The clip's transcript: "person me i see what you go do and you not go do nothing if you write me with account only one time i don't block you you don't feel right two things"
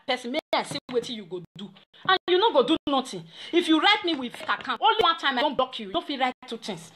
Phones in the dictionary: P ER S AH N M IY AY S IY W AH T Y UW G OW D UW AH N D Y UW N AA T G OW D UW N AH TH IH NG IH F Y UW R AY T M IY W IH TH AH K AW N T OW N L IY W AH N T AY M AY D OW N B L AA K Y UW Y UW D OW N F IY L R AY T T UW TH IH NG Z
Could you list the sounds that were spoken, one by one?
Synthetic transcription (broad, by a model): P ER S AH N M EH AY S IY W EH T Y UW G OW D UW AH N Y UW N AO G OW D UW N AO T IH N IH F Y UW R AY T M IY W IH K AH K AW T OW N L IY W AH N T AY M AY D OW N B AA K Y UW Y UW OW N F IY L R AY T T UW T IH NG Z